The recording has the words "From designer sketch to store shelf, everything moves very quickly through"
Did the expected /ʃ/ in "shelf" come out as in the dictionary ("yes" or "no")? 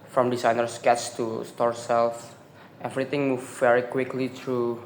no